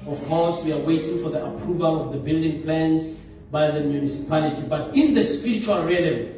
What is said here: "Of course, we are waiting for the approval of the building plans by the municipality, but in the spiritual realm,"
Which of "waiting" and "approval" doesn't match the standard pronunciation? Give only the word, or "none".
none